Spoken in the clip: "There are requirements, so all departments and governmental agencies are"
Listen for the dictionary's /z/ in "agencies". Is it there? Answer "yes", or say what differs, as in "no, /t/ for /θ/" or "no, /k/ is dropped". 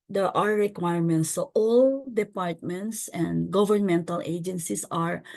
no, /s/ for /z/